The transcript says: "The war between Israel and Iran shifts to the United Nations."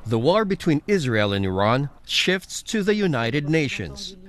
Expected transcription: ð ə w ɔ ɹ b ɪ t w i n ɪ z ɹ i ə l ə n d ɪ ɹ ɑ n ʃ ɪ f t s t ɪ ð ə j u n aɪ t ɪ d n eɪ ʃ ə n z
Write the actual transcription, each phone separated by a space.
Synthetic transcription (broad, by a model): ð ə w ɔ ɹ b ɪ t w i n ɪ z ɹ i ə l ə n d ɪ ɹ ɑ n ʃ ɪ f t s t ɪ ð ə j u n aɪ t ɪ d n eɪ ʃ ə n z